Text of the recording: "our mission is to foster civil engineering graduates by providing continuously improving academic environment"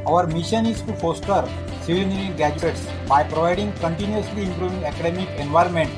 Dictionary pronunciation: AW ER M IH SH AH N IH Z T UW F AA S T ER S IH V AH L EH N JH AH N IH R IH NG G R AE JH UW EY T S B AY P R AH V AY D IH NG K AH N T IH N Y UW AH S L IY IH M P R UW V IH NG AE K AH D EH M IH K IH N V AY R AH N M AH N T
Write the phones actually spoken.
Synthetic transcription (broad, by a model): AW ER M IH SH AH N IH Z T UW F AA S T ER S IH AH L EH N AH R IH G AE JH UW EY T S B AY P R AH V AY D IH NG K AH N T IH N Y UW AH S L IY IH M P R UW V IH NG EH K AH D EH M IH K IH N V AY R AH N M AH N T